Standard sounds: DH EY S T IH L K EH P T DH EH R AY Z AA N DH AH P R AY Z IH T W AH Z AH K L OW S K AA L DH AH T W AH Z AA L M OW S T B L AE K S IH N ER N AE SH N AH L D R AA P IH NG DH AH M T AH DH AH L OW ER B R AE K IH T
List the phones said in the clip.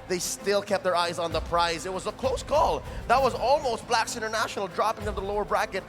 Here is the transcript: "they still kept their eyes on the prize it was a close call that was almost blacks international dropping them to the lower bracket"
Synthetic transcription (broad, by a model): DH EY S T IH L K EH P T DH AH R AY Z N DH AH P R AY Z IH T W AH Z AH K L OW S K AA L DH AH T W AH Z AA L M OW S T B L AE K S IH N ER N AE SH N L D R AA P IH NG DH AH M DH AH L OW ER B R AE K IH T